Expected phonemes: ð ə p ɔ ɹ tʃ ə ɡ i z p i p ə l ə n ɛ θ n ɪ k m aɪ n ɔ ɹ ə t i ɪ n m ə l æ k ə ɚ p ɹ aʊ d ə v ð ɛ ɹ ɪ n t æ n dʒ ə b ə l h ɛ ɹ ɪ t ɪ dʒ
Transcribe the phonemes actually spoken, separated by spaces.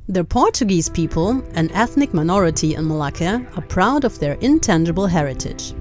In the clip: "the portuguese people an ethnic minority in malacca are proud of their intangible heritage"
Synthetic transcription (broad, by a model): ð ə p ɔ ɹ tʃ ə ɡ i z p i p ə l ə n ɛ θ n ɪ k m aɪ n ɔ ɹ ə t i ɪ n m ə l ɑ k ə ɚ p ɹ aʊ d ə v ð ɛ ɹ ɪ n t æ n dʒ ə b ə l h ɛ ɹ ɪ t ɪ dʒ